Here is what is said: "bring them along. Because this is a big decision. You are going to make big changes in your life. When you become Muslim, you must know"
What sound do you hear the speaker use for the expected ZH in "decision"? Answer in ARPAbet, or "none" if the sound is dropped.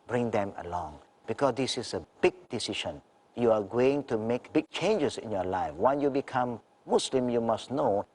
SH